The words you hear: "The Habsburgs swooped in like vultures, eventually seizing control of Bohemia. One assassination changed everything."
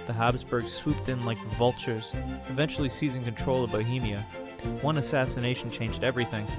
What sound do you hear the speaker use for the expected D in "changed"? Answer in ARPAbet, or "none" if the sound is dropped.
D